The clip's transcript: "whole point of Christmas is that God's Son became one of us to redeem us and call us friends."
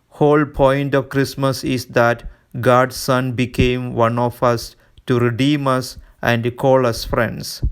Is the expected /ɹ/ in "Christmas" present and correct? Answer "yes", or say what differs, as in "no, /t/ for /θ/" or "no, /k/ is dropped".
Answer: yes